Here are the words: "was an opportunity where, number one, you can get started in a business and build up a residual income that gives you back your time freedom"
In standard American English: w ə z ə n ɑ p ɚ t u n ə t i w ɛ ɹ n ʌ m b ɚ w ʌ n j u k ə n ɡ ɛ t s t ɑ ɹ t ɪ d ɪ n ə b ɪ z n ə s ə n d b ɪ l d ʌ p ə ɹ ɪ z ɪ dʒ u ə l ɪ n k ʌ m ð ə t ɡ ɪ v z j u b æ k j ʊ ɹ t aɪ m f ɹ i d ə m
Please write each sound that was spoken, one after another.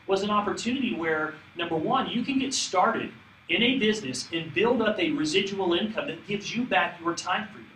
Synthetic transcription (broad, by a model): w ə z ə n ɑ p ɚ t u n ə t i w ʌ ɹ n ʌ m b ɚ w ʌ n j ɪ k ə n ɡ ɛ t s t ɑ ɹ t ɪ d ɪ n ə b ɪ z n ə s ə n b ɪ l d ʌ p ə ɹ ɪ z ɪ dʒ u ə l ɪ n k ʌ m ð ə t ɡ ɪ v z j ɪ b æ k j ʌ ɹ t aɪ m f ɹ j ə